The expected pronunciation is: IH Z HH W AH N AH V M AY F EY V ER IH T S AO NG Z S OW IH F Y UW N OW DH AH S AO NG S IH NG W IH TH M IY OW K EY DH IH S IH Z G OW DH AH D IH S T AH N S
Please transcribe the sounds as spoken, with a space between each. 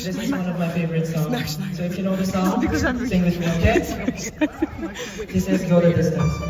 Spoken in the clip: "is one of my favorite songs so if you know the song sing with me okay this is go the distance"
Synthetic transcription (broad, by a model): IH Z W W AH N AH V M AY F EY V ER IH T S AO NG S OW IH F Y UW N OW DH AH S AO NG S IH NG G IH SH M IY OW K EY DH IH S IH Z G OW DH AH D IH S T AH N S